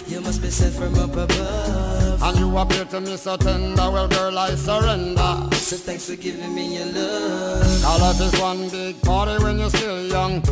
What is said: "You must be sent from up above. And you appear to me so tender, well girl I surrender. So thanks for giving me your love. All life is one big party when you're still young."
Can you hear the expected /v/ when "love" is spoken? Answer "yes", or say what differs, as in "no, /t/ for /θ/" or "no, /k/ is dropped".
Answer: no, /v/ is dropped